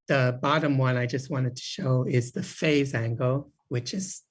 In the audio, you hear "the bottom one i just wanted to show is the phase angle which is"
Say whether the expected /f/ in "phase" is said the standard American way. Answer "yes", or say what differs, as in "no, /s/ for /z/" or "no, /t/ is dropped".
yes